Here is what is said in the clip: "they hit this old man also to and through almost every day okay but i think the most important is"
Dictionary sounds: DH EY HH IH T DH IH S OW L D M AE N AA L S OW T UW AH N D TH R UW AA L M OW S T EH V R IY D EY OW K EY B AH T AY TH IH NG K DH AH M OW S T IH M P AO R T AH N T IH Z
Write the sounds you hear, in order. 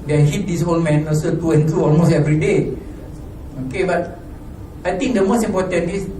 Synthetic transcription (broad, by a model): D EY HH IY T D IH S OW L M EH N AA S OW T UW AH N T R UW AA L M OW S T EH V R IY D EY OW K EY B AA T AY T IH NG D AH M OW S T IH M P AO T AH N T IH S